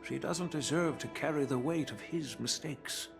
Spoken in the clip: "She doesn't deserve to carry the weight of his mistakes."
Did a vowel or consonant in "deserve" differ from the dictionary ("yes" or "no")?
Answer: no